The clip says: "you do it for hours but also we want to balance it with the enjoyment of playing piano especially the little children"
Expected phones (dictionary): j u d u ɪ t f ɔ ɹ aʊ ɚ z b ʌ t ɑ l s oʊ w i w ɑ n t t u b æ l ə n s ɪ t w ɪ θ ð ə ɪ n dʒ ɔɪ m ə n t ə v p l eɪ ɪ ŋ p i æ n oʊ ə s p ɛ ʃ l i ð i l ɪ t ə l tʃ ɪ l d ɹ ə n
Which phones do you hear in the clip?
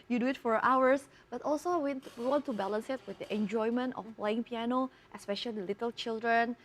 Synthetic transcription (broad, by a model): j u d u ɪ t f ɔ ɹ aʊ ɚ s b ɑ t ɑ l s oʊ w i w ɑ n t t u b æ l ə n s ɪ t w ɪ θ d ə ɪ n dʒ ɔɪ m ə n t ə f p l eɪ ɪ ŋ p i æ n oʊ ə s p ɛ ʃ i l i l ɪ t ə l tʃ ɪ l d ɹ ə n